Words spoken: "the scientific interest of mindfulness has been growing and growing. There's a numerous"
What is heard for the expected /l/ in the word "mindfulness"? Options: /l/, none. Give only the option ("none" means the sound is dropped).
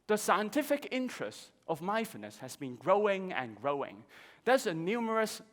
none